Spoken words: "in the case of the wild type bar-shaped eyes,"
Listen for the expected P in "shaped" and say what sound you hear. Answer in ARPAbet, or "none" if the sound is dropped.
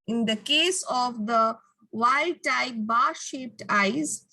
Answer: P